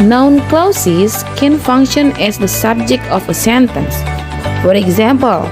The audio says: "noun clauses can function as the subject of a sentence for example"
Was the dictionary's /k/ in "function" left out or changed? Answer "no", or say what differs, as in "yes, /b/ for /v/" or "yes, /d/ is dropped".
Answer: no